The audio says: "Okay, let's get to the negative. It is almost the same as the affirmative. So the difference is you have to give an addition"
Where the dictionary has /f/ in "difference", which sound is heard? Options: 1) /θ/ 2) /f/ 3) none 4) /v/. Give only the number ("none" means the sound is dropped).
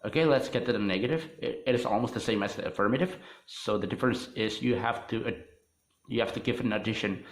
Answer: 2